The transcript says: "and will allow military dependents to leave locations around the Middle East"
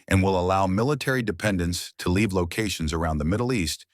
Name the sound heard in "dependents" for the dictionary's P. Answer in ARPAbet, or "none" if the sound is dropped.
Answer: P